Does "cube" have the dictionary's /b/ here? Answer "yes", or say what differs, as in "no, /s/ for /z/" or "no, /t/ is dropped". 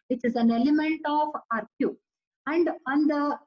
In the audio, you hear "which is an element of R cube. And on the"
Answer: no, /b/ is dropped